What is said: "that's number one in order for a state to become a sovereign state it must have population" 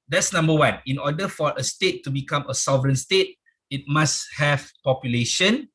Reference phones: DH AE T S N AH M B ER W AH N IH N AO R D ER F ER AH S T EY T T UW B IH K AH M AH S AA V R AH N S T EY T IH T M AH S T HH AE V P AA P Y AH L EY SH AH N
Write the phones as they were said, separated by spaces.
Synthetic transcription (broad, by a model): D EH T S N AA M B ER W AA N IH N AO D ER F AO AH S T EY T T UW B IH K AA M AH S AA V R AH N S T EY T IH T M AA S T HH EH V P AA P Y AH L EY SH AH N